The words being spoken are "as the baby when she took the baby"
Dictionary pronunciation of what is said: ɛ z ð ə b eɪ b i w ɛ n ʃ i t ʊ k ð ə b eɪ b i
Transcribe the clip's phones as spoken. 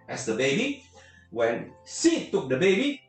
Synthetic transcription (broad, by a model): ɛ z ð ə b eɪ b i w ɛ n s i t ʊ k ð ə b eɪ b i